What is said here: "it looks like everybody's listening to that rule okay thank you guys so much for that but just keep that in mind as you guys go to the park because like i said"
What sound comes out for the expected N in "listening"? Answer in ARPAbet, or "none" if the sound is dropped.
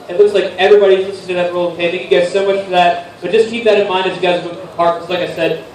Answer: none